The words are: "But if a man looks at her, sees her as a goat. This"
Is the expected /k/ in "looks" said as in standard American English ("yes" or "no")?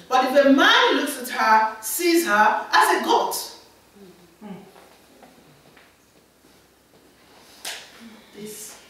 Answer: yes